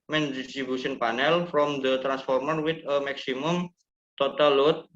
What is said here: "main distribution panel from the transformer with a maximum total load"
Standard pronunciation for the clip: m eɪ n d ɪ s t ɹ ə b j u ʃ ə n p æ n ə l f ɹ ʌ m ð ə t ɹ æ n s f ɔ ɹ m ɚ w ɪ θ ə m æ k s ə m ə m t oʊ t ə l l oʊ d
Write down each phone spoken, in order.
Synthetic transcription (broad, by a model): m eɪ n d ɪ s t ɹ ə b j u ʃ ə n p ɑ n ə l f ɹ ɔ m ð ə t ɹ æ n s f ɔ ɹ m ɚ w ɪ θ ə m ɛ k s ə m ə m t oʊ t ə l l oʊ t